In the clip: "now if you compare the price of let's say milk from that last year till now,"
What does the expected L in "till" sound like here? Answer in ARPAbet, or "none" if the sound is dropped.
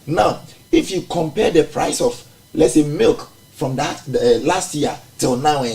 L